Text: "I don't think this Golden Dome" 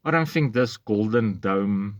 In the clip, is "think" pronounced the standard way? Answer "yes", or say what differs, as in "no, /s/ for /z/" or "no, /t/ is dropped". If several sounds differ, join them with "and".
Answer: yes